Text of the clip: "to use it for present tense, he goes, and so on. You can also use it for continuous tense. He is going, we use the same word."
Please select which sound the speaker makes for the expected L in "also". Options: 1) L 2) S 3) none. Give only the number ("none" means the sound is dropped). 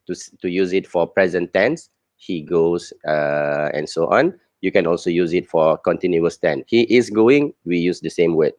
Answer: 1